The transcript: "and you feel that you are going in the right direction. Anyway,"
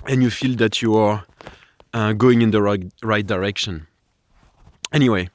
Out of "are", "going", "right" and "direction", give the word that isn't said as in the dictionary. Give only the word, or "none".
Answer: none